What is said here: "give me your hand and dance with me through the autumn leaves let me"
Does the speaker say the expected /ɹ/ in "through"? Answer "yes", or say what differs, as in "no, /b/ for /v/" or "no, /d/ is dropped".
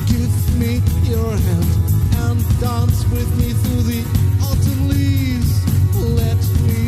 yes